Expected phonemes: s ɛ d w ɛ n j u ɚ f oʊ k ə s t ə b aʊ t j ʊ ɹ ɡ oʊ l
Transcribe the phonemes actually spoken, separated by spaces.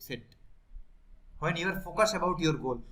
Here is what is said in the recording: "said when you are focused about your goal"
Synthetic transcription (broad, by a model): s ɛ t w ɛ n j u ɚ f oʊ k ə s ə b aʊ t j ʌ ɹ ɡ oʊ l